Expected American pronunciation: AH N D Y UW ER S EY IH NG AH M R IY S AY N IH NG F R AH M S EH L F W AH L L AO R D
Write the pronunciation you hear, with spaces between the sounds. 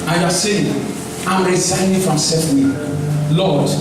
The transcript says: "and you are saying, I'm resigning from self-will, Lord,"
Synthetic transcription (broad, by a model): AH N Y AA S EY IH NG AH M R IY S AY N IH F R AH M S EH F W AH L L AO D